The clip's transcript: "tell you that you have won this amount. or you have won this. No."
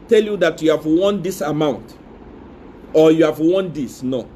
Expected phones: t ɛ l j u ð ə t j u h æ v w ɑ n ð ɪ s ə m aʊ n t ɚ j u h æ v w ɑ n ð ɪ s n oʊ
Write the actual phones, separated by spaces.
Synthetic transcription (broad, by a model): t ɛ l j u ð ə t j u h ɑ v w ɑ n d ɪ s ə m aʊ n t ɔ j u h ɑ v w ɑ n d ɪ s n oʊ